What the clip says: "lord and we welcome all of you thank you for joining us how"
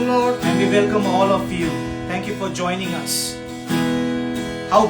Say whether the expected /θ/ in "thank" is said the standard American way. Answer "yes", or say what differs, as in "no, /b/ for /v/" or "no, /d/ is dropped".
no, /t/ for /θ/